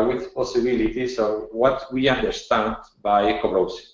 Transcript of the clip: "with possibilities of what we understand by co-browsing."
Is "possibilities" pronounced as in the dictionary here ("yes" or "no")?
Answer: no